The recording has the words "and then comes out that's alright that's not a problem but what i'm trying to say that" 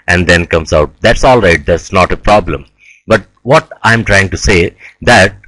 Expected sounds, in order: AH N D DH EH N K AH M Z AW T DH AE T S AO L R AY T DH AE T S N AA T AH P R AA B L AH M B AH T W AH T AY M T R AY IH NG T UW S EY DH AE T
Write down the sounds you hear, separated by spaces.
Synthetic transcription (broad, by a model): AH N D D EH N K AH M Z AW T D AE T S AO L R AY T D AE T S N AA T AH P R AA B L AH M B AH T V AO T AY M T R AY IH NG T UW S EY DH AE T